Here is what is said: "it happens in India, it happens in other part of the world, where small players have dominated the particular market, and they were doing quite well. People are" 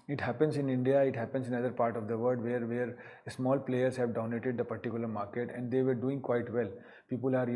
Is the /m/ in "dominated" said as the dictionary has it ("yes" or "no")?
no